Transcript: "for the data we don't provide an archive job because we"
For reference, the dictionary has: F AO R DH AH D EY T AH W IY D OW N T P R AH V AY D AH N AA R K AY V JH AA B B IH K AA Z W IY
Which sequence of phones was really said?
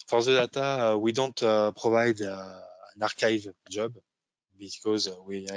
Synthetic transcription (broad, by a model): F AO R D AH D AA T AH W IY D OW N T P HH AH V AY D AH N AA R K AY V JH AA B B IH K AA Z W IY